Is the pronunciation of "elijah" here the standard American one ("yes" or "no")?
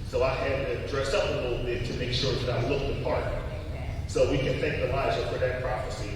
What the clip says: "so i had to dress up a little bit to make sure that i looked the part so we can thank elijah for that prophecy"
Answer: no